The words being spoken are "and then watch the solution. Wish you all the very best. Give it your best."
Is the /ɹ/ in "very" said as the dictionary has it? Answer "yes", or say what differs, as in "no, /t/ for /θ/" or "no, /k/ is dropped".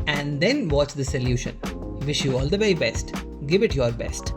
no, /ɹ/ is dropped